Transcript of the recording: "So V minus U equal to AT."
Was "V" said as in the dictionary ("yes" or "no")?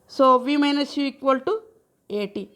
yes